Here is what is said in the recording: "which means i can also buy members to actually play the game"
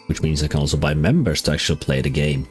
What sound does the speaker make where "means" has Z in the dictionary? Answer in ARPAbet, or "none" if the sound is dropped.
Z